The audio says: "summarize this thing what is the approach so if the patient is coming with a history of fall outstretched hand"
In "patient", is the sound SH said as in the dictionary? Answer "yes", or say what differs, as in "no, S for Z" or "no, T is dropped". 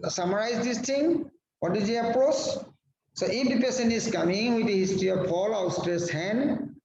no, S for SH